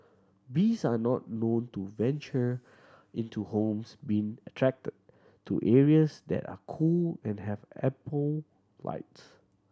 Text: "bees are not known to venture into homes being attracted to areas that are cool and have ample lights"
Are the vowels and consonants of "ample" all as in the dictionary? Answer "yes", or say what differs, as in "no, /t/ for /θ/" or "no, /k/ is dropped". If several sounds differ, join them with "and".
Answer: no, /m/ is dropped